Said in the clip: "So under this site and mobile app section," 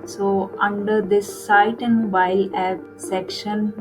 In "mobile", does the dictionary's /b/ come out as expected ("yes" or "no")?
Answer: no